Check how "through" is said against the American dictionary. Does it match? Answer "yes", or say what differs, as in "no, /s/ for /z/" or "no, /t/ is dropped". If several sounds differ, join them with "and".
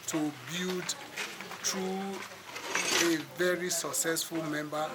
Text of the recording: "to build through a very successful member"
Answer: no, /t/ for /θ/